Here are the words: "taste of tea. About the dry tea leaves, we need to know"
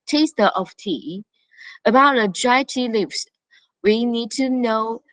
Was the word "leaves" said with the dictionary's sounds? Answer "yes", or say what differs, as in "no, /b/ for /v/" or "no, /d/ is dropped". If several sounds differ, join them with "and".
no, /s/ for /z/